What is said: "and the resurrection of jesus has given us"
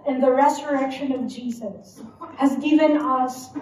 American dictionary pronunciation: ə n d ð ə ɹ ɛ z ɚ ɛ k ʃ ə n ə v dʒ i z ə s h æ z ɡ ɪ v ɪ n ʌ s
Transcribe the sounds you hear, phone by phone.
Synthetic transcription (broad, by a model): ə n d ð ə ɹ ɛ z ɚ ɛ k ʃ ə n ə v dʒ i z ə s h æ z ɡ ɪ v ɪ n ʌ s